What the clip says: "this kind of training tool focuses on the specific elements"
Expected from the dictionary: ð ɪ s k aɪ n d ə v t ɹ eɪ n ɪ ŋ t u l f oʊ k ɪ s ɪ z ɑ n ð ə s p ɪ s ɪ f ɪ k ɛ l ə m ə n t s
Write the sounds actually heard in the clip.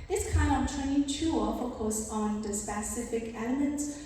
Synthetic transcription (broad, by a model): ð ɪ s k aɪ n d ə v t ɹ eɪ ɪ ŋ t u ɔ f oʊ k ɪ ɪ s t n ð ə s p ɪ s ɪ f ɪ k ɛ l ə m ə n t s